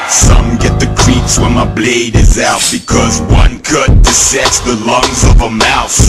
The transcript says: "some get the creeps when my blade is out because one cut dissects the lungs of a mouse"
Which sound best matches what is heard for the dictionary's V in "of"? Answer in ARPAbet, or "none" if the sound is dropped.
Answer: V